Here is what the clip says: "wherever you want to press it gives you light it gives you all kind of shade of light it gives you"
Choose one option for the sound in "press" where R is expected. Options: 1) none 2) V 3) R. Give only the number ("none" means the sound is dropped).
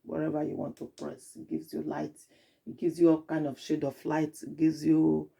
3